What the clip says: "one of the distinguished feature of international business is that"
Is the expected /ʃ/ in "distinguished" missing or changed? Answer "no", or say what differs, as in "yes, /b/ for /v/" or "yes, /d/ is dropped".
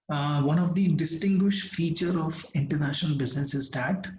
no